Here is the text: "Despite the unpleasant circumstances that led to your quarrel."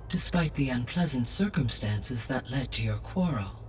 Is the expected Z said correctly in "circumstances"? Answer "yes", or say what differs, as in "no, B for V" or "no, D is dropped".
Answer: yes